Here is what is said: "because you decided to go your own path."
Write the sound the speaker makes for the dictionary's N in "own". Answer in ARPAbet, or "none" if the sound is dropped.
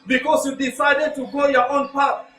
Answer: N